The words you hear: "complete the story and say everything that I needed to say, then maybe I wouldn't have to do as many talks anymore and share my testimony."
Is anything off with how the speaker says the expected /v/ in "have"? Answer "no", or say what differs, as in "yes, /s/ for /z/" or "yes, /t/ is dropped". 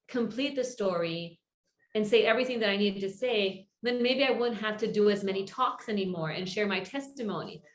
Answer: yes, /f/ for /v/